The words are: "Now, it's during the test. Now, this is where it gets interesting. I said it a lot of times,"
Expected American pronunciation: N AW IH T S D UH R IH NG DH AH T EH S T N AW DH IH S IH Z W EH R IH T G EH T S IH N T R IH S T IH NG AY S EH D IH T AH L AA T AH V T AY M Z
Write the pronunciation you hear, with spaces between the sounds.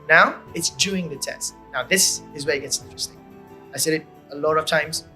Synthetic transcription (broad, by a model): N AW IH T S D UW IH NG DH AH T EH S T N AW DH IH S IH Z W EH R IH T G EH T S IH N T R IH S T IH NG AY S EH D IH T AH L AA T AH V T AY M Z